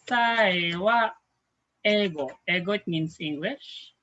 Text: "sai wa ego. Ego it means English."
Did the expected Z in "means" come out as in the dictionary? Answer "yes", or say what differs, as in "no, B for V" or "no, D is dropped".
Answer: no, S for Z